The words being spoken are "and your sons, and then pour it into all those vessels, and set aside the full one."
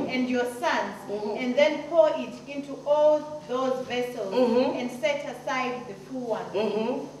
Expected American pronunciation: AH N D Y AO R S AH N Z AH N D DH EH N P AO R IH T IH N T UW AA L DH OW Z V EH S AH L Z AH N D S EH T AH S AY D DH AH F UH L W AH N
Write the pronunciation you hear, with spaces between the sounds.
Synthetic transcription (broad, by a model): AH N D Y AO S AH N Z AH N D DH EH N P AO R IH T IH N T UW AA L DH OW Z V EH S AH L Z AH N D S EH T AH S AY D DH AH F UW W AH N